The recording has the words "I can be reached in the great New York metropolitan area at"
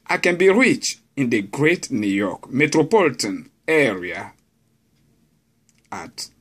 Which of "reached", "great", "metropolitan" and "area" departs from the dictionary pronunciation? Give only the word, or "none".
reached